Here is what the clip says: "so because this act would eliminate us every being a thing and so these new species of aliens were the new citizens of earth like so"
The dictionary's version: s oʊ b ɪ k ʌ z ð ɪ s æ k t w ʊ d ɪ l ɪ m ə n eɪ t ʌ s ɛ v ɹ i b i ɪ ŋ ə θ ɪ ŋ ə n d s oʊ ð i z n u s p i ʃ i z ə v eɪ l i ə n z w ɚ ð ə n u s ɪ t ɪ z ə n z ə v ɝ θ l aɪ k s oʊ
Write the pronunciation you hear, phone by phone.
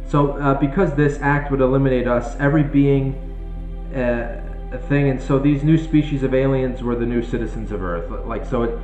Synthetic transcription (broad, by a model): s oʊ b ɪ k ʌ z ð ɪ s æ k t w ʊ d ɪ l ɪ m ə n eɪ t ʌ s ɛ v ɹ i b i ɪ ŋ ə θ ɪ ŋ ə n s oʊ ð i z n u s p i ʃ i z ə v eɪ l i ə n z w ɚ ð ə n u s ɪ t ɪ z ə n z ə v ɝ θ l aɪ k s oʊ